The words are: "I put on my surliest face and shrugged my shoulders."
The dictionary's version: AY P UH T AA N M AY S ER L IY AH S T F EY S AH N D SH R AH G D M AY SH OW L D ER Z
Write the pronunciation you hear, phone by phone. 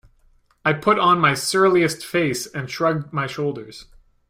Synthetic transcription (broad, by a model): AY P UH T N M AY S ER L IY AH S T F EY S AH N SH R AH G D M AY SH OW L D ER Z